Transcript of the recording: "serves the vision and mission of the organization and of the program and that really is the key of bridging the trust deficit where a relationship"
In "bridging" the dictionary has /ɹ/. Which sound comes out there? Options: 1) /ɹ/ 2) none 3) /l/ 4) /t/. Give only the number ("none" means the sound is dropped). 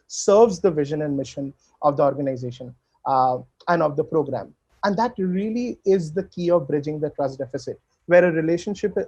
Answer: 1